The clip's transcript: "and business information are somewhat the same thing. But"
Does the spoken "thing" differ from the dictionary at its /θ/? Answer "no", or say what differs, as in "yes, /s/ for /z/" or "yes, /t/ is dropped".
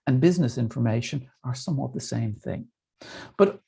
no